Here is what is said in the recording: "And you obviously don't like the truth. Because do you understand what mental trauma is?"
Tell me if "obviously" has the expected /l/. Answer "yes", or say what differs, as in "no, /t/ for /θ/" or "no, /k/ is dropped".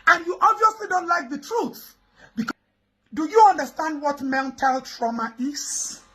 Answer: yes